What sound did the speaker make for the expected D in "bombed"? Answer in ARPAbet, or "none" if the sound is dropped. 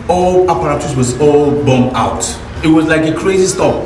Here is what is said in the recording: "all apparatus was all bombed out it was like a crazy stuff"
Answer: none